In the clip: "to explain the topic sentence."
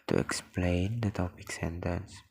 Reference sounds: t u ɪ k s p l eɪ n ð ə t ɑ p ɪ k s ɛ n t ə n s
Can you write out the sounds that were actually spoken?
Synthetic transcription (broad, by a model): t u ɪ k s p l eɪ n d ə t ɑ p ɪ k s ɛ n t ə n s